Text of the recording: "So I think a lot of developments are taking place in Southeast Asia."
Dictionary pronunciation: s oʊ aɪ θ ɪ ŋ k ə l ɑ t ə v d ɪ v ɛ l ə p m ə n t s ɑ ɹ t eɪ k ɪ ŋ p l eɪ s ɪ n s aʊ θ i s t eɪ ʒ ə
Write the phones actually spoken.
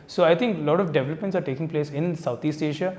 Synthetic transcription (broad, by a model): s oʊ aɪ t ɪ ŋ k l ɑ t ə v d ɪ v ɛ l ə p m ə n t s ɑ ɹ t eɪ k ɪ ŋ p l eɪ s ɪ n s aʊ t i s t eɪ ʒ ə